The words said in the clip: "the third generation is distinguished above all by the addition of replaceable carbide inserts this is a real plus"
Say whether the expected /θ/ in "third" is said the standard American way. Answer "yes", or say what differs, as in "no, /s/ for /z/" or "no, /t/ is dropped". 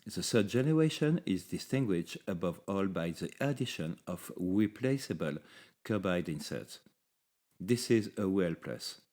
no, /s/ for /θ/